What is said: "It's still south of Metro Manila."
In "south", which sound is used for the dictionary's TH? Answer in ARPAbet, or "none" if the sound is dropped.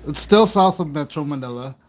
TH